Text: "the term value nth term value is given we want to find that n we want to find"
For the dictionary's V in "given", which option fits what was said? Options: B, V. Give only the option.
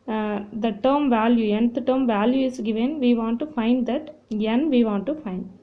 V